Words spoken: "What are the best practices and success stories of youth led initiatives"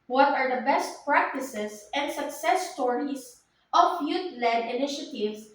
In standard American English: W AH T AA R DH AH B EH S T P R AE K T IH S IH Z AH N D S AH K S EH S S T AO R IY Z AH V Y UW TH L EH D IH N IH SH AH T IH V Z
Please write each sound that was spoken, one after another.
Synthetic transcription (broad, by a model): W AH T AA R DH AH B EH S T P R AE K T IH S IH S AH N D S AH K S EH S S T AO R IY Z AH F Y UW T L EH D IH N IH SH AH T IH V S